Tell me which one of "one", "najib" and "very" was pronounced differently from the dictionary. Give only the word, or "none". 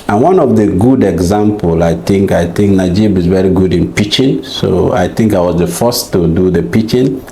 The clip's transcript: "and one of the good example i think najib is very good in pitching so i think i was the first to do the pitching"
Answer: none